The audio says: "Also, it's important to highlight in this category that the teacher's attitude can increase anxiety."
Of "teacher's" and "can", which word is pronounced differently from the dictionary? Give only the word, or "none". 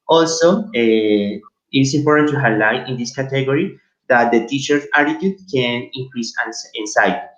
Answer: teacher's